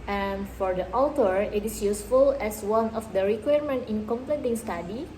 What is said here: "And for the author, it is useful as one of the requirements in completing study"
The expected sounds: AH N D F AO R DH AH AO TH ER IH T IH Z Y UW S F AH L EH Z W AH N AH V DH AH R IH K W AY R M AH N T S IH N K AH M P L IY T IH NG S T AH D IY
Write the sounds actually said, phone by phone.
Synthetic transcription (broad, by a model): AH N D F AO R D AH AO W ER IH T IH S Y UW S F AH L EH S W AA N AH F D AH R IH K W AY R M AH N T IH N K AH M P L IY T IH NG S T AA D IY